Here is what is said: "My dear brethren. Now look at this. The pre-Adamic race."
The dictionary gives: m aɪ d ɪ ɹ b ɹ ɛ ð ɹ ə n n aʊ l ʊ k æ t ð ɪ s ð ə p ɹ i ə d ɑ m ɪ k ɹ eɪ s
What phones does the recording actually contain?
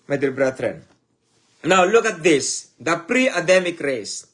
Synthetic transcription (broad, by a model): m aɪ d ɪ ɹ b ɹ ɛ ɹ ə n n aʊ l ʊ k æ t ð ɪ s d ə p ɹ i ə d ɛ m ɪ k ɹ eɪ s